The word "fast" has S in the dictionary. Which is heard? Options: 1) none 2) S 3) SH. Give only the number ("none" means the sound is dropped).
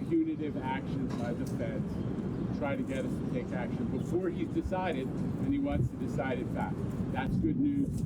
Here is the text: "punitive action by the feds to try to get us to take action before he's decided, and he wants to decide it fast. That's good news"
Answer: 1